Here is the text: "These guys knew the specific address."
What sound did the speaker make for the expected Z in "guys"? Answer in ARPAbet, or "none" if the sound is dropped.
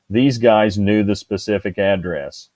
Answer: Z